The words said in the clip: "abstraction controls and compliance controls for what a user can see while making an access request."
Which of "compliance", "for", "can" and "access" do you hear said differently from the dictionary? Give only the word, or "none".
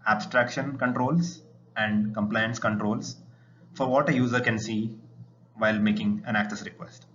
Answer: none